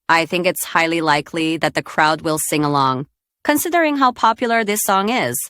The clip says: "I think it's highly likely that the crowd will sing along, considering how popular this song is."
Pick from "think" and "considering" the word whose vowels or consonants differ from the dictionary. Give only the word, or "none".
none